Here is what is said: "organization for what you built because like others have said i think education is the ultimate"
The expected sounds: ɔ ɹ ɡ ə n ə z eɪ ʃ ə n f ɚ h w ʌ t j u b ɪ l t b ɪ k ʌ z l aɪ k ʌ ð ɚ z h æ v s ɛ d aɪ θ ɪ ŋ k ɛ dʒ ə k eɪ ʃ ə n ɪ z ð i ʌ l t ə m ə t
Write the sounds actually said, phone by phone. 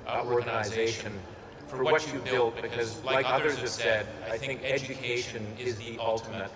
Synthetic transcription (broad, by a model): ɔ ɹ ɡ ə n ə z eɪ ʃ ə n f ɚ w w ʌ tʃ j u b ɪ l t b ɪ k ʌ z l aɪ k ʌ ð ɚ z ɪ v s ɛ d aɪ θ ɪ ŋ k ɛ dʒ ə k eɪ ʃ ə n ɪ z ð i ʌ l t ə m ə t